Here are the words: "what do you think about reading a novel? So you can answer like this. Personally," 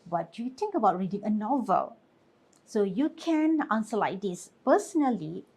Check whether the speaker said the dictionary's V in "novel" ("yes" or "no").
yes